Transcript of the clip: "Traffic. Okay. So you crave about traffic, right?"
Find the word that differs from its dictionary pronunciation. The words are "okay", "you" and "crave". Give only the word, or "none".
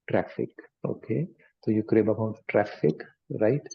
crave